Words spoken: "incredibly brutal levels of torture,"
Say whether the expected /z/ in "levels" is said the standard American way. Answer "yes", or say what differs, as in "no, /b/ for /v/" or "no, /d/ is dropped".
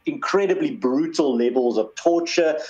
yes